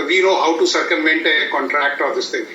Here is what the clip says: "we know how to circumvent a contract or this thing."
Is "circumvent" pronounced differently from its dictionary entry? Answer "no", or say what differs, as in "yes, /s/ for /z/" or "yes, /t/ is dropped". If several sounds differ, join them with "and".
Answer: yes, /v/ is dropped